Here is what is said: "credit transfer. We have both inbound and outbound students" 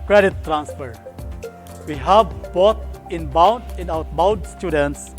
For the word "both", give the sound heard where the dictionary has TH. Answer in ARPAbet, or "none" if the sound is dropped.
T